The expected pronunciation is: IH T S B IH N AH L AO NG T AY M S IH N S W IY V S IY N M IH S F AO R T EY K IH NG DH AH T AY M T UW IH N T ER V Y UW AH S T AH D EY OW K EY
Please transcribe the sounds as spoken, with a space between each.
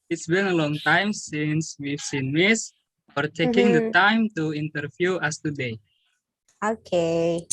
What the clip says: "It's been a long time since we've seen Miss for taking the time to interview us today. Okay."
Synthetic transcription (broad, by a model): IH T S B IH N AH L AO NG T AY M S IH N S W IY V S IY N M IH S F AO R T EY K IH NG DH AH T AY M T UW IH N T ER F Y UW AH S T AH D EY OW K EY